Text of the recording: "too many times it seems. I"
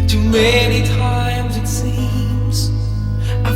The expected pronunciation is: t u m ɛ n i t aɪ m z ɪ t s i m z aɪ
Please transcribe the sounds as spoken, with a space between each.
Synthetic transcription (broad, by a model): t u m ɛ n i t aɪ m z ɪ t s i m z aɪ